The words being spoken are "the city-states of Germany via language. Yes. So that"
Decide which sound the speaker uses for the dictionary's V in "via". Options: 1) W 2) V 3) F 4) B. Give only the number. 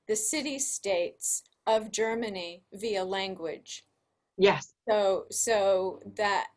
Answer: 2